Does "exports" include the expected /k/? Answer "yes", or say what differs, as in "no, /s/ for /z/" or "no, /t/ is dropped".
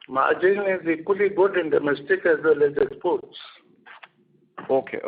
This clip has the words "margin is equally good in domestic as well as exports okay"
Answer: no, /k/ is dropped